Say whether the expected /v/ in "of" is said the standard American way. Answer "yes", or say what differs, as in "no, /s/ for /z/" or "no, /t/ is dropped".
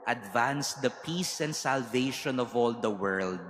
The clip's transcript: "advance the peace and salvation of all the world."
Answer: yes